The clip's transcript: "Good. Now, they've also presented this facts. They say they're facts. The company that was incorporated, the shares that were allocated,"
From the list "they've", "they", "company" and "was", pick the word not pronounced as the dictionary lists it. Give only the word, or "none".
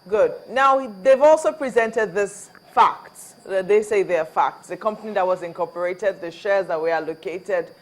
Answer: none